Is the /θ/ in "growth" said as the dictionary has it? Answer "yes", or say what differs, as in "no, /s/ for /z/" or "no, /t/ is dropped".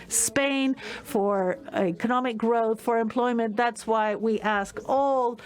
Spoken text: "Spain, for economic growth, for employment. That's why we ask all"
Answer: yes